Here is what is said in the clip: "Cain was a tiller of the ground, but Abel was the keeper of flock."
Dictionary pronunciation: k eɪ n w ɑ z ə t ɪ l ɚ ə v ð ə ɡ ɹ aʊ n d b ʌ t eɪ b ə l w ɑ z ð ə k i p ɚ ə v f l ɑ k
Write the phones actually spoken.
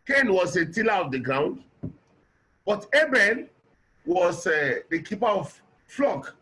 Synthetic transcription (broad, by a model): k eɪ n w ɑ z ə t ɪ l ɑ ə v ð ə ɡ ɹ aʊ n d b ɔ t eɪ b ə n w ɑ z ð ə k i p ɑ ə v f l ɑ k